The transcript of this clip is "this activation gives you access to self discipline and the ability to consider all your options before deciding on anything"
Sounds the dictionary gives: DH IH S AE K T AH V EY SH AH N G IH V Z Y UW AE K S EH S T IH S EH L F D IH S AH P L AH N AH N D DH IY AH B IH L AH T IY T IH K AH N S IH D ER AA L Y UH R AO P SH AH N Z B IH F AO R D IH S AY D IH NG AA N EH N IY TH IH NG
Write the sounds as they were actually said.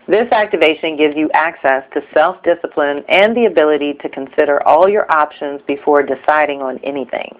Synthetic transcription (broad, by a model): DH IH S AE K T AH V EY SH AH N G IH V Z Y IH AE K S EH S T IH S EH L F D IH S AH P L AH N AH N DH IY AH B IH L AH T IY T IH K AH N S IH D ER AA L Y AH R AO P SH AH N Z B IH F AO R D IH S AY D IH NG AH N EH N IY TH IH NG